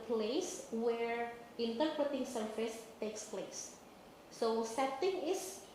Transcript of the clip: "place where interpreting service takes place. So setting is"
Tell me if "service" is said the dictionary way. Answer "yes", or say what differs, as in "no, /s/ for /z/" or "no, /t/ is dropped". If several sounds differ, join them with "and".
no, /f/ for /v/